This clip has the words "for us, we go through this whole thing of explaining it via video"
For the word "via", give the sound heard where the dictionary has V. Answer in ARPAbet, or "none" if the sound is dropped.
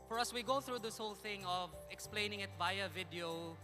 B